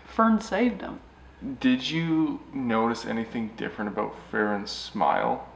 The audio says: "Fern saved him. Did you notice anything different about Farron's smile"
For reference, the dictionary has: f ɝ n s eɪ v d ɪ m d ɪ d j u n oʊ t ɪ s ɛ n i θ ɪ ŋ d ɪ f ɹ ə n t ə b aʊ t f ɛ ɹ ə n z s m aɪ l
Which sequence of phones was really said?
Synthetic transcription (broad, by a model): f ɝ n s eɪ v d ɪ m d ɪ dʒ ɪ n oʊ t ɪ s ɛ n i θ ɪ ŋ d ɪ f ɹ ə n t ə b aʊ t f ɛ ɹ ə n s m aɪ l